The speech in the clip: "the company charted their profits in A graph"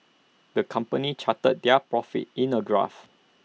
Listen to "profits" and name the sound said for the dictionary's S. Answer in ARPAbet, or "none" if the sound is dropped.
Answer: none